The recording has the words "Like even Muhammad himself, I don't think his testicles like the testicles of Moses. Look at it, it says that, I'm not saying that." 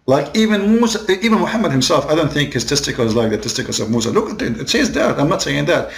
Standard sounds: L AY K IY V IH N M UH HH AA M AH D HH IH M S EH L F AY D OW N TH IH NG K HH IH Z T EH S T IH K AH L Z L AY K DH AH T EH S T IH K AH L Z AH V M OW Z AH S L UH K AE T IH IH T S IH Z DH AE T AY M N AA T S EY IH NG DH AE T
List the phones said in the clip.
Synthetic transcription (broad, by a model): L AY K IY V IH N M UH HH AA M AH D HH IH M S EH L F AY D OW N TH IH NG K HH IH Z T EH S T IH K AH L Z L AY K DH AH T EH S T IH K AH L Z AH V M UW S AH L UH K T IH IH T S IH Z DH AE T AY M N AA T S EY IH NG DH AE T